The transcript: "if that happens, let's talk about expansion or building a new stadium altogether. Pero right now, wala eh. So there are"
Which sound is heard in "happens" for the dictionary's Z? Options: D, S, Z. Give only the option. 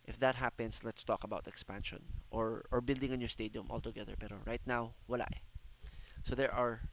S